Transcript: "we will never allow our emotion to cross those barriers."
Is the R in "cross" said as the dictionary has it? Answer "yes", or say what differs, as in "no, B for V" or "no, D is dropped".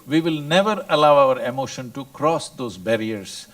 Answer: yes